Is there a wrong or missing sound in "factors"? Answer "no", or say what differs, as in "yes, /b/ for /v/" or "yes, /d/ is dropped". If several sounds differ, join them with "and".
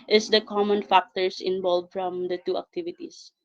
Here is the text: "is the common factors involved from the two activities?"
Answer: yes, /s/ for /z/